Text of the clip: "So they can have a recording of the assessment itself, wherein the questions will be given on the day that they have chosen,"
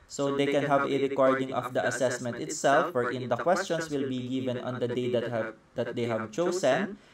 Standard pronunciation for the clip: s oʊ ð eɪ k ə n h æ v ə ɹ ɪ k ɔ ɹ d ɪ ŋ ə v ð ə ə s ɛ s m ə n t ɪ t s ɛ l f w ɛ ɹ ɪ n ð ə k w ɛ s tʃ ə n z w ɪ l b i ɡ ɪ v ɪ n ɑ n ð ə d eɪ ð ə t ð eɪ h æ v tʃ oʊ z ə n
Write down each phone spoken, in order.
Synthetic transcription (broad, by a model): s oʊ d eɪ k ə n h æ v ə ɹ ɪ k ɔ ɹ d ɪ ŋ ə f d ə ə s ɛ s m ə n t ɪ t s ɛ l f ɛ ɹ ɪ n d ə k w ɛ s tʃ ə n s w ɪ l b i ɡ ɪ v ɪ n ɑ n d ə d eɪ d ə t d eɪ h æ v tʃ oʊ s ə n